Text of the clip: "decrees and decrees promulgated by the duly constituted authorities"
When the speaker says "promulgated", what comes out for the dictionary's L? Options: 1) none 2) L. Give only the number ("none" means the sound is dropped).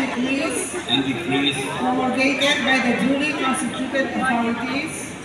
1